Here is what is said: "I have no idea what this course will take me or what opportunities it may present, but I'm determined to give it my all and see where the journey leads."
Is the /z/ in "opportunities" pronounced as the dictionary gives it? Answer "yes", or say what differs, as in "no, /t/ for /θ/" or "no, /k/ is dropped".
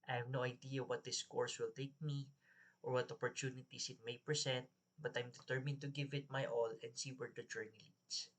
no, /s/ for /z/